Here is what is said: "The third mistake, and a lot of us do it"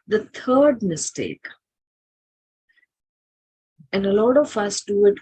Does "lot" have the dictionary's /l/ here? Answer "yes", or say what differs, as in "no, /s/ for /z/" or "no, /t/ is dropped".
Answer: yes